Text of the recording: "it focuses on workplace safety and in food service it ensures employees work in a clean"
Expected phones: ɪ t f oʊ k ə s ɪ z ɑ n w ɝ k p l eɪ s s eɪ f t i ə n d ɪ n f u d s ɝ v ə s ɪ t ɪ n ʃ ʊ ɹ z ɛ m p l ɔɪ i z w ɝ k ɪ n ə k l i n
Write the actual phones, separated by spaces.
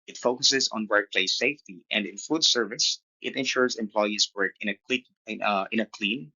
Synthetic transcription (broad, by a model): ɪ t f oʊ k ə s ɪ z ɑ n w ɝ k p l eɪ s s eɪ f t i ə n d ɪ n f u d s ɝ v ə s ɪ t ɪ n ʃ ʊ ɹ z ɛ m p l ɔɪ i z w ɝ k ɪ n ə k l i n